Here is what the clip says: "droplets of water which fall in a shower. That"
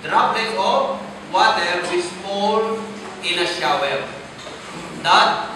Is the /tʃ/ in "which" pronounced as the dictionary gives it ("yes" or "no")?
no